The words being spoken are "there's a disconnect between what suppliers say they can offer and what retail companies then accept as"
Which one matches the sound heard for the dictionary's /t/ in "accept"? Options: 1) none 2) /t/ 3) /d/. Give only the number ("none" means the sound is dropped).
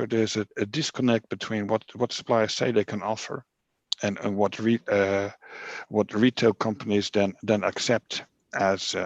2